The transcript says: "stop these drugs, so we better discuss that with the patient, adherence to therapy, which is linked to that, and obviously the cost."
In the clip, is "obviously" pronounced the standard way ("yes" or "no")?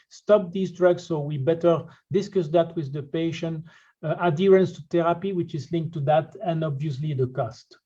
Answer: yes